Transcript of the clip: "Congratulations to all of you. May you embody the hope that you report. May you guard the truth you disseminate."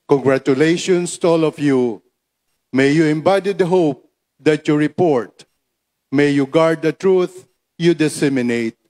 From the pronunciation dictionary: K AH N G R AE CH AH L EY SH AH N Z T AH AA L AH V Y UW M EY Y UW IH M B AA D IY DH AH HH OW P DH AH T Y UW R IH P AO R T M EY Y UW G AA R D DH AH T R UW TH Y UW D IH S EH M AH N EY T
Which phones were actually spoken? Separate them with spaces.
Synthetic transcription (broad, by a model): K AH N G R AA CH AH L EY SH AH N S T AH AA L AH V Y UW M EY Y UW IH M B AA D IY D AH HH OW P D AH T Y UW R IH P AO R T M EY Y UW G AA R D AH T R UW TH Y UW D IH S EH M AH N EY T